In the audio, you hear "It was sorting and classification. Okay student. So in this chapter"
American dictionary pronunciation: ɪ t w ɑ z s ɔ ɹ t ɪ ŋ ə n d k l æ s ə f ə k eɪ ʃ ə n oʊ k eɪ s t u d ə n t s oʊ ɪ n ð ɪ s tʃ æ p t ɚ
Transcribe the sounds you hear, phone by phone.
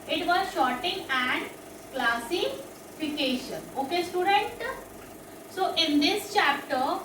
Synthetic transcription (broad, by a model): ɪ t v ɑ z ʃ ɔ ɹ t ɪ ŋ ə n d k l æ s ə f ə k eɪ ʃ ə n oʊ k eɪ s t u d ə n t s oʊ ɪ n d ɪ s tʃ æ p t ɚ